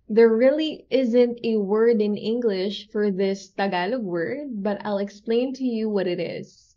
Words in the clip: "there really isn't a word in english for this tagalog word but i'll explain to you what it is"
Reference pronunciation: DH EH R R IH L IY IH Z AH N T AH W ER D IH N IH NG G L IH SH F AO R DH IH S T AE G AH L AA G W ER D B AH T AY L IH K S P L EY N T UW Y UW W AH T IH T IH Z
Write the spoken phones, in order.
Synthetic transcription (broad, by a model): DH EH R R IH L IY IH Z AH N T AH W ER D IH N IH NG G L IH SH F AO R DH IH S T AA G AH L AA W ER D B AH T AY L IH K S P L EY N T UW Y UW W AH T IH T IH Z